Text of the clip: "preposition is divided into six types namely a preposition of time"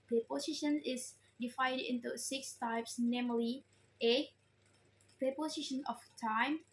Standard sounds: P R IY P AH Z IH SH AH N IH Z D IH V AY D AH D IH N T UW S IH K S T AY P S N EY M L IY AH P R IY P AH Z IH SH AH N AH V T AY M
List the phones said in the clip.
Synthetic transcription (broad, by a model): P R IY P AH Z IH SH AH N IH S D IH F AY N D IH N T UW S IH K S T AY P S N EY M L IY AH P R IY P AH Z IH SH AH N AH F T AY M